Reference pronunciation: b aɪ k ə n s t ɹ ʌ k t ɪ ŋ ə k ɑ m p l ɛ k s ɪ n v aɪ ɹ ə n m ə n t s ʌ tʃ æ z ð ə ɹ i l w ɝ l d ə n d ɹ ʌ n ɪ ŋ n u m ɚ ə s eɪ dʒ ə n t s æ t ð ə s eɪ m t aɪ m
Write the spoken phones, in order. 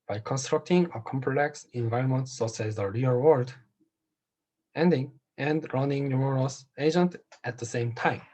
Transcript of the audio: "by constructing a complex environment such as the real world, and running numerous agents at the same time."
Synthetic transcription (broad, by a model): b aɪ k ə n s t ɹ ʌ k t ɪ ŋ ə k ɑ m p l ɛ k s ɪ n v aɪ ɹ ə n m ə n t s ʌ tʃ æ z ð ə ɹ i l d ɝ n d ə n d ɹ ʌ n ɪ ŋ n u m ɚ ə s eɪ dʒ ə n t æ t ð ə s eɪ m t aɪ m